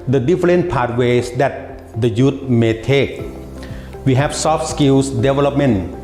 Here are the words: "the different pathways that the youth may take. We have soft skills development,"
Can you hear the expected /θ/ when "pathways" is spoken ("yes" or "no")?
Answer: no